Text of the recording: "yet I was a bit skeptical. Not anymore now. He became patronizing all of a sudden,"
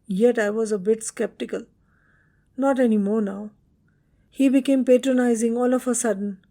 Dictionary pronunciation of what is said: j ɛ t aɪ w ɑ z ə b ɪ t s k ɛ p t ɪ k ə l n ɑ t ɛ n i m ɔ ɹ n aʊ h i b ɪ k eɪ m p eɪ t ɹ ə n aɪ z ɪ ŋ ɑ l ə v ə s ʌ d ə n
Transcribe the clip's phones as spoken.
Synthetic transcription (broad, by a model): j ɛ t aɪ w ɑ z ə b ɪ t s k ɛ p t ɪ k ə l n ɑ t ɛ n i m ɔ ɹ n aʊ h i b ɪ k eɪ m p eɪ t ɹ ə n aɪ z ɪ ŋ ɑ l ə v ə s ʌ d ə n